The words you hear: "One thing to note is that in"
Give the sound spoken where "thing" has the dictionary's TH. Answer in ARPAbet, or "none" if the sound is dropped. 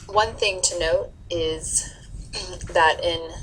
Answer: TH